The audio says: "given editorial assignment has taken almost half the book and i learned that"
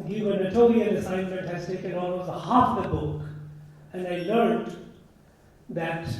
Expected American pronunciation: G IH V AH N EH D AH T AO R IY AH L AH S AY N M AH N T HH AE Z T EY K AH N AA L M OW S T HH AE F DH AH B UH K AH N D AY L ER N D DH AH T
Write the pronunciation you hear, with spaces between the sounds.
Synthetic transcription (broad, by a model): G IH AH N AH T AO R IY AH N AH S AY N M AH N T HH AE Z T EY K AH N AA L M OW S T HH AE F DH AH B UH K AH N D AY L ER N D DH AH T